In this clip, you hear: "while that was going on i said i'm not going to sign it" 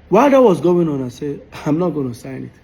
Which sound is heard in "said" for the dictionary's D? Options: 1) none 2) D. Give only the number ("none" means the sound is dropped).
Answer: 1